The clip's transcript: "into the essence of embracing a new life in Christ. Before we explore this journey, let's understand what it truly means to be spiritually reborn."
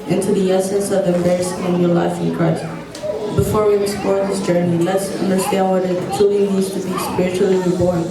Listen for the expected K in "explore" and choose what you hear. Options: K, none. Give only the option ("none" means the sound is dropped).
none